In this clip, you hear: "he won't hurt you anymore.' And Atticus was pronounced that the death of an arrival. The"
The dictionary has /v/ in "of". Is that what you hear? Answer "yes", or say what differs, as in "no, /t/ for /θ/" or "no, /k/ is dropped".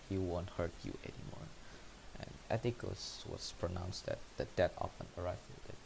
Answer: no, /p/ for /v/